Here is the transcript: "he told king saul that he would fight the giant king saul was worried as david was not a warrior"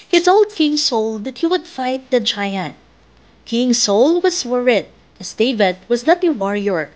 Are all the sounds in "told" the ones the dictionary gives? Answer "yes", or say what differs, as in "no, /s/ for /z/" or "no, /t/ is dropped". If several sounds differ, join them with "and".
no, /s/ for /t/